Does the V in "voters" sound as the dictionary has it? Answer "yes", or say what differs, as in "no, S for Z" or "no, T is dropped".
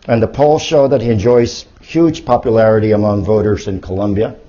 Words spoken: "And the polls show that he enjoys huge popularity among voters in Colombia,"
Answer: yes